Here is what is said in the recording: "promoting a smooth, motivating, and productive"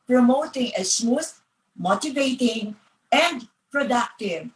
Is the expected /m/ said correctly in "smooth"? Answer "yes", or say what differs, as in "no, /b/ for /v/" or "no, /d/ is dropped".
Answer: no, /m/ is dropped